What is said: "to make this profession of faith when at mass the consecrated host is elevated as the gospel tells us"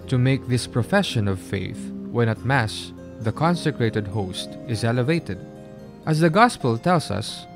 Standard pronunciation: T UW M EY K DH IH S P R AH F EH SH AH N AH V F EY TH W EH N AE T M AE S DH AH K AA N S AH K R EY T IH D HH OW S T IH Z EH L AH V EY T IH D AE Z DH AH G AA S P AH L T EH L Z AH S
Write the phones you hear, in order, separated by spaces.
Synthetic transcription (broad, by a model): T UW M EY K DH IH S P R AH F EH SH AH N AH V F EY TH W EH N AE T M AE S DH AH K AA N S AH K R EY T IH D HH OW S T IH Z EH L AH V EY T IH D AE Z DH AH G AA S P AH L T EH L S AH S